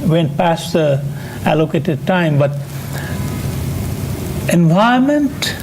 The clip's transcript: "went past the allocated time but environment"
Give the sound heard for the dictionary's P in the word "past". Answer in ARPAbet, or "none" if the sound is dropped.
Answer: P